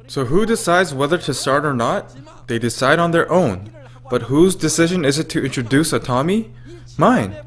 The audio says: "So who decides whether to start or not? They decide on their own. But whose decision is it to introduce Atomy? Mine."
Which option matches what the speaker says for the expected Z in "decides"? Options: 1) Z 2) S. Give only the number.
1